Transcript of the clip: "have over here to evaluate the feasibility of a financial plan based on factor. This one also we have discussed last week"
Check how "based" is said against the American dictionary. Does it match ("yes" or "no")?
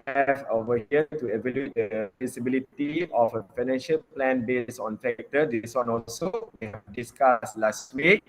no